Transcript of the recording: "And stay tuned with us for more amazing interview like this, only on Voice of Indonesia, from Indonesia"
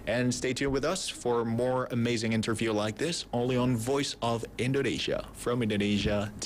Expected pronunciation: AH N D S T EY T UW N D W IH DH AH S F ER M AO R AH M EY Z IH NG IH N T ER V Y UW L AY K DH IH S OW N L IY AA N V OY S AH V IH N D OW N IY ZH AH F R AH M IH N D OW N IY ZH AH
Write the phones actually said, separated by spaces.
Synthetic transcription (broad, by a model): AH N S T EY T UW W IH DH AH S F ER M AO R AH M EY Z IH NG IH N T ER V Y UW L AY K DH IH S OW N L IY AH N V OY S AH V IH N D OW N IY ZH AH F R AH M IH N D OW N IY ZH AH